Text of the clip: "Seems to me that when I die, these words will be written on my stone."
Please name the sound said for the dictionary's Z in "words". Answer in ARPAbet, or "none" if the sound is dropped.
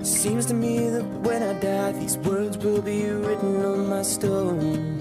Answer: Z